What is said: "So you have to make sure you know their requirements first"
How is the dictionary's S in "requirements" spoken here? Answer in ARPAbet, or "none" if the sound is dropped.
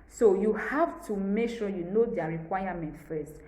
none